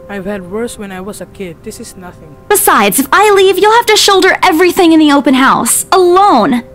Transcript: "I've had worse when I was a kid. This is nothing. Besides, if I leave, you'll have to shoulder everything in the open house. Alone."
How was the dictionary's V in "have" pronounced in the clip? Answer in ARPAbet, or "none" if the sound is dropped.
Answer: F